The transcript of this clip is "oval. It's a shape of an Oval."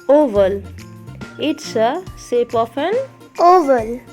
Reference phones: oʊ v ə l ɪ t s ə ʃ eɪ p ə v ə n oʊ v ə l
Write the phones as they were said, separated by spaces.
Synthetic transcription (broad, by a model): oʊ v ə l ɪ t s ə s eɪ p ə p ə n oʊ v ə l